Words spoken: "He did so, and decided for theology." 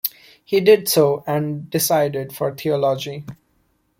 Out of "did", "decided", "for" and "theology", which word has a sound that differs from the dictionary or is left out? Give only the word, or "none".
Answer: theology